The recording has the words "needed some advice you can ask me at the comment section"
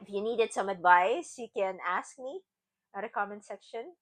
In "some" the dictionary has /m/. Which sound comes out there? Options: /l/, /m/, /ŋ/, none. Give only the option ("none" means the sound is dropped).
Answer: /m/